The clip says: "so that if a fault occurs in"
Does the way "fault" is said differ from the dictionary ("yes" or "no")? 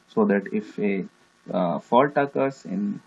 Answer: no